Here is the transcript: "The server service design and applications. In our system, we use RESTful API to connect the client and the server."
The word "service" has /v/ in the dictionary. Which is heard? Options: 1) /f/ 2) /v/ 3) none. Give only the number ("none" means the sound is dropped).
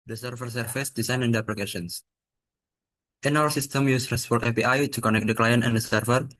1